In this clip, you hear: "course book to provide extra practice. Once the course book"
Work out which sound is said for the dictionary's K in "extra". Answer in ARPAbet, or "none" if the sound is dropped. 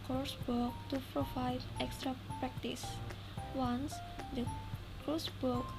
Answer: K